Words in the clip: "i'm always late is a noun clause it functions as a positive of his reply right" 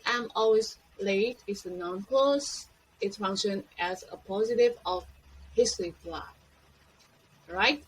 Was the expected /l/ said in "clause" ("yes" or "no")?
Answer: no